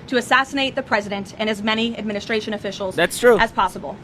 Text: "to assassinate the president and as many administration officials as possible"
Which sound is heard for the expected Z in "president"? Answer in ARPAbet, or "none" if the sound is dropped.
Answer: Z